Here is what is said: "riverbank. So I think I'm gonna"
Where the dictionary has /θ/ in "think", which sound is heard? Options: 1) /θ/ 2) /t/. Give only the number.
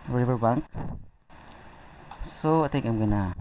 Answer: 2